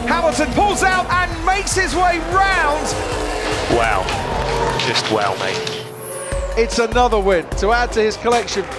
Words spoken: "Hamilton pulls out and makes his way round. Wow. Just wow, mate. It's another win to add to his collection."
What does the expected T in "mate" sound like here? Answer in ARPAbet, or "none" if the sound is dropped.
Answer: none